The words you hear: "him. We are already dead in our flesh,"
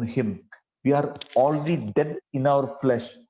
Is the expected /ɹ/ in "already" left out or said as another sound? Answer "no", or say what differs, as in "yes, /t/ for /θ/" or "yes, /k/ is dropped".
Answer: yes, /l/ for /ɹ/